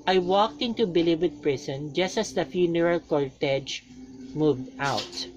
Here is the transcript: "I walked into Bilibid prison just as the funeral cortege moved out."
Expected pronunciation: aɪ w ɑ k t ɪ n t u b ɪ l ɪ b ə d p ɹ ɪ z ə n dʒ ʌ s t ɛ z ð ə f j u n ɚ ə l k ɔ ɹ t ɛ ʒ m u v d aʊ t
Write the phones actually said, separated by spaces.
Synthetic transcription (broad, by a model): aɪ w ɑ k t ɪ n t u b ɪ l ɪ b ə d p ɹ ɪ s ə n dʒ ʌ s t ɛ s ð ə f j u n ɚ ə l k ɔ ɹ t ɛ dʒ m u v d aʊ t